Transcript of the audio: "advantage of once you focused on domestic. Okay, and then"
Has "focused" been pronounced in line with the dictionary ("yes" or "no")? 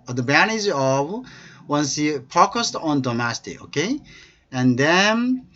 no